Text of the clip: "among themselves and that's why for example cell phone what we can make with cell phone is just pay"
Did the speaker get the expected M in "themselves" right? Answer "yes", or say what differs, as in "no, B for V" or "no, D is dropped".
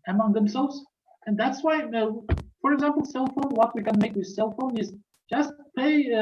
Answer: yes